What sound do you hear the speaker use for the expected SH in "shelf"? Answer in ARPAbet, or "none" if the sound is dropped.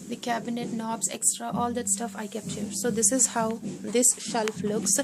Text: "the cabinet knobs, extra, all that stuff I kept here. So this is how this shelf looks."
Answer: SH